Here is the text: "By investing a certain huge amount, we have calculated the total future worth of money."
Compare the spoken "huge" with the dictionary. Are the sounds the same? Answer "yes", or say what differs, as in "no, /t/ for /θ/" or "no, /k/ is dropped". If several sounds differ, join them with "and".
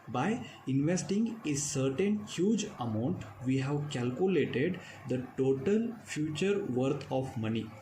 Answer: yes